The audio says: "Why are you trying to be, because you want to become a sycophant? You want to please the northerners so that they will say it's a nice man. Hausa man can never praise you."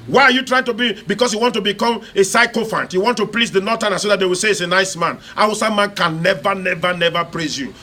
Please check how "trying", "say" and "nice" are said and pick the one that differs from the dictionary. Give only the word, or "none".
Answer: none